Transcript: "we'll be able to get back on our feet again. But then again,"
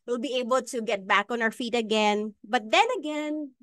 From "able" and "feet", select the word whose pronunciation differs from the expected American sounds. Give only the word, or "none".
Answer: none